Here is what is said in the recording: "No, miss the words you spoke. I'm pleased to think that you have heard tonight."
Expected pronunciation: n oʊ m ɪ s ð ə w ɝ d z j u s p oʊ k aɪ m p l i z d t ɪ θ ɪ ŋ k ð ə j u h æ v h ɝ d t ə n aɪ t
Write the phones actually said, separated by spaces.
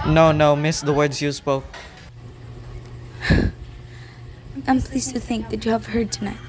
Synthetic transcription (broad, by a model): n oʊ m ɪ s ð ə w ɝ d z j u s p oʊ k aɪ m p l i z t ɪ θ ɪ ŋ k ð ə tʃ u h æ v h ɝ d t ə n aɪ t